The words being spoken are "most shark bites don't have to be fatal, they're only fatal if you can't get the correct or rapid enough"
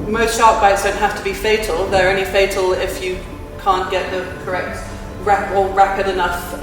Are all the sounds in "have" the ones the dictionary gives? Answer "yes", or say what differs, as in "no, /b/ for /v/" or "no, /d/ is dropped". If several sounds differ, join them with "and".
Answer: no, /f/ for /v/